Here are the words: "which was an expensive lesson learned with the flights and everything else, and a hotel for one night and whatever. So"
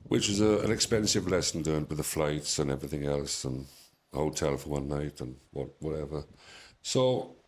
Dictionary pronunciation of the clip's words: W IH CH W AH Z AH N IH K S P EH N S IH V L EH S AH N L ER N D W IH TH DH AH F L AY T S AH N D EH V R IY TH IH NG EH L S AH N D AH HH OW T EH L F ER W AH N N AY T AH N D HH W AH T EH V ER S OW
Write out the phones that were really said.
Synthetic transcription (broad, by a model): W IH CH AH Z AH N IH K S P EH N S IH V L EH S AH N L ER N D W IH DH AH F L AY T S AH N EH V R IY TH IH NG EH L S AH N AH HH OW T EH L F ER W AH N N AY T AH N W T W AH T EH V ER S OW